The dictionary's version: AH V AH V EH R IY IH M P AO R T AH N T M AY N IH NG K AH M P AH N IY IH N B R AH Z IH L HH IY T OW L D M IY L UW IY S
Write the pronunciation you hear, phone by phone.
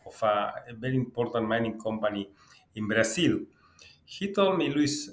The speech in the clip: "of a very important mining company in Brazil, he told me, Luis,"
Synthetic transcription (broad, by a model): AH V AH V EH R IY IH M P AO R T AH N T M AY N IH NG K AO M P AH N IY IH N B R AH S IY L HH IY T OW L M IY L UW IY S